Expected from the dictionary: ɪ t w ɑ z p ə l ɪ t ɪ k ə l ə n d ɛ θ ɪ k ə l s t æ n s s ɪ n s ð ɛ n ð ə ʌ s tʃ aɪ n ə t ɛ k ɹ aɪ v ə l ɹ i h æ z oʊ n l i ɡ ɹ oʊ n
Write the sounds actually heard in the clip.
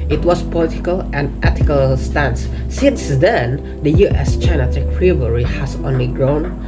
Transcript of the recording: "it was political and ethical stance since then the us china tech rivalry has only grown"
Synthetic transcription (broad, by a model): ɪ t w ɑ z p ə l ɪ t ɪ k ə l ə n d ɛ t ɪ k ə l s t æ n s s ɪ n s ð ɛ n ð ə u s tʃ aɪ n ə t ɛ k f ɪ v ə ɹ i h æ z oʊ n l i ɡ ɹ oʊ n